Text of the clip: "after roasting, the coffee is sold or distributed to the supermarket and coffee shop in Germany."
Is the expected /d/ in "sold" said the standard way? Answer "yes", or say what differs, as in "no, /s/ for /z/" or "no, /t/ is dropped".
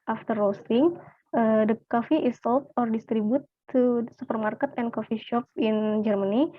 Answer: no, /d/ is dropped